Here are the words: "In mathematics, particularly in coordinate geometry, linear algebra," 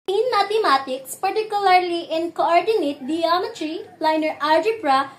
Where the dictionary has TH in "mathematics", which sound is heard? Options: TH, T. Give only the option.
T